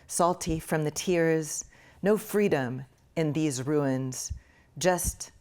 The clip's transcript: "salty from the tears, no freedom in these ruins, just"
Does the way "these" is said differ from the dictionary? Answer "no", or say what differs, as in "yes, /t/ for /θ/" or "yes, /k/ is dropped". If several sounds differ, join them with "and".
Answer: no